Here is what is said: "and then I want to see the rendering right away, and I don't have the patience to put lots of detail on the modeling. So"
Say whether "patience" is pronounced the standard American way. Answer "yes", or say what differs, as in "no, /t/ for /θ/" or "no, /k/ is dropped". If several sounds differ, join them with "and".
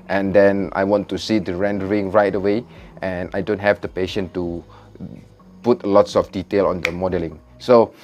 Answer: no, /s/ is dropped